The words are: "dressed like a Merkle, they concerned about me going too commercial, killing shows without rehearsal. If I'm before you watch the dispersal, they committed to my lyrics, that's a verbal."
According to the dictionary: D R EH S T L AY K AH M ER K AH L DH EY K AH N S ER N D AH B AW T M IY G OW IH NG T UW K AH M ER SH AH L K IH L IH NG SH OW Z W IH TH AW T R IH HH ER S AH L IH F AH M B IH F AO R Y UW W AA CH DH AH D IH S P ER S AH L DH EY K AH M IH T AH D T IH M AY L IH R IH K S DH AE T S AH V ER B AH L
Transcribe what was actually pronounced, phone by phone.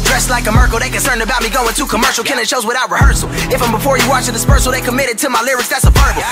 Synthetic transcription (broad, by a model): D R EH S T L AY K AH M ER K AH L DH EY K AH N S ER N D AH B AW T M IY G OW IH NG T UW K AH M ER SH L K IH N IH SH OW Z W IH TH AW T R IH HH ER S L IH F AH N B IH F AO R Y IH W AA CH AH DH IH S P ER S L DH EY K AH M IH T AH D T IH M AY L IH R IH K S DH AE T S AH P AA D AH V